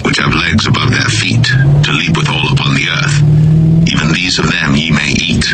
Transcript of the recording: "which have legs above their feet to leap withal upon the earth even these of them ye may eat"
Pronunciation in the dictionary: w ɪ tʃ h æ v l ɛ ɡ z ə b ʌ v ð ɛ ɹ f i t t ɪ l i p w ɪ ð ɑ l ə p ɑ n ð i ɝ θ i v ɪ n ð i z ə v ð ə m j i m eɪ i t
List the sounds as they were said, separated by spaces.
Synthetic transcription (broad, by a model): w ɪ tʃ h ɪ v l ɛ ɡ z ə b ʌ v ð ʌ ɹ f i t t ɪ l i p w ɪ ð ɑ l ə p ɑ n ð i ɝ θ i v ɪ n ð i z ə v ð ə m j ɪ m eɪ i t